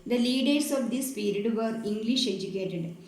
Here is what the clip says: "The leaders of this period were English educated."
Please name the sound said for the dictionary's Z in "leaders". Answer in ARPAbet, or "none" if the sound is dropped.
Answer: S